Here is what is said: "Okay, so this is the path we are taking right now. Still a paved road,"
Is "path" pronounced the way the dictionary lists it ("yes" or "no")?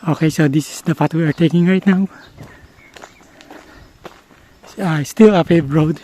no